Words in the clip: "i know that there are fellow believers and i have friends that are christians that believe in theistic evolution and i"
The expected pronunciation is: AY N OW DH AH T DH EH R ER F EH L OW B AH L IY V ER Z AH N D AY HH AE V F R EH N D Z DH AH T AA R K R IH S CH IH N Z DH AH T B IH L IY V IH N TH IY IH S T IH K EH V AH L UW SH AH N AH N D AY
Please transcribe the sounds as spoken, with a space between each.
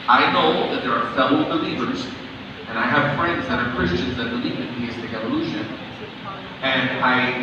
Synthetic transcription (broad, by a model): AY N OW DH AH T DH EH R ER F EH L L B AH L IY V ER Z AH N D AY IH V F R EH N D Z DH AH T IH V K R IH S CH IH N Z DH AH T B IH L IY V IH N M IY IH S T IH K EH V AH L UW SH AH N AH N AY